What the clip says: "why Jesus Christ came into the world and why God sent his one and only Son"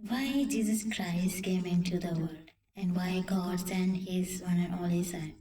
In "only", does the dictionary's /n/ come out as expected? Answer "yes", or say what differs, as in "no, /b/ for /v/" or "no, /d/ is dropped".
no, /n/ is dropped